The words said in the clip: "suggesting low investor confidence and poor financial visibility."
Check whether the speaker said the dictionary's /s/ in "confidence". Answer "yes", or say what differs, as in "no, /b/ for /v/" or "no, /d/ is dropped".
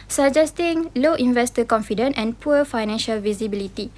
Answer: no, /s/ is dropped